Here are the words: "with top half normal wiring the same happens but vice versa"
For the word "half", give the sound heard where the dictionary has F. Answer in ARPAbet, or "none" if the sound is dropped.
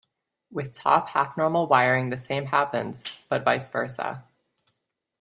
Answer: P